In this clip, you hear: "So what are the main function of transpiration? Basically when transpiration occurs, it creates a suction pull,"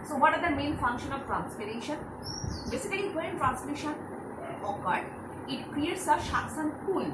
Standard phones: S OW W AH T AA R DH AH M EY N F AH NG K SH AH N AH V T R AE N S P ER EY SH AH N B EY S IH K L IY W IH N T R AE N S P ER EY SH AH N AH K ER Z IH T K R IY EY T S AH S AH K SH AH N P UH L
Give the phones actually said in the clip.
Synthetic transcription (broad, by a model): S OW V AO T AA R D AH M EY N F AH NG K SH AH N AH V T R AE N S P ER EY SH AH N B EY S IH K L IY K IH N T R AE N S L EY SH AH N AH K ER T IH T K R IY EY T S AH SH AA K S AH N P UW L